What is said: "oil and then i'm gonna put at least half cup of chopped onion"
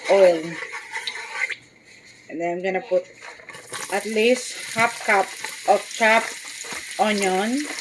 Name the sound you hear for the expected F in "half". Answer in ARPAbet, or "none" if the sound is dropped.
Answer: P